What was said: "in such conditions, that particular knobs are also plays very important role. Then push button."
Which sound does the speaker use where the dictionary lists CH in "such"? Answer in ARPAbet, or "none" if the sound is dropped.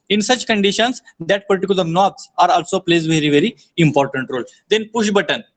CH